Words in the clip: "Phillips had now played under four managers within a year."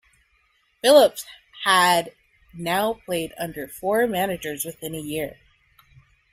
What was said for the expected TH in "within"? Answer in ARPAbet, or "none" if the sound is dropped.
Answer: TH